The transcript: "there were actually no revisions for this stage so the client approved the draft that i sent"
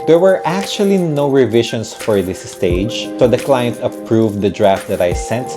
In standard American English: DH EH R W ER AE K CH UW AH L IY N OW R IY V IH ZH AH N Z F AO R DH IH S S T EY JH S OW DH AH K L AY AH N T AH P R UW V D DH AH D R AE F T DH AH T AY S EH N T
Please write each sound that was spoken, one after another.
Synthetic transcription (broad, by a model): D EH R W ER AE K CH UW AH L IY N OW R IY V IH SH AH N S F AO R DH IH S S T EY JH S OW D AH K L AY AH N T AH P R UW V D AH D R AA F T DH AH T AY S EH N T